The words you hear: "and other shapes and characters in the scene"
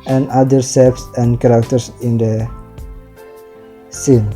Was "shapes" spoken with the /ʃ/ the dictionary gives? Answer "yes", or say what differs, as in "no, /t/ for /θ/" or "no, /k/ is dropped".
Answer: no, /s/ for /ʃ/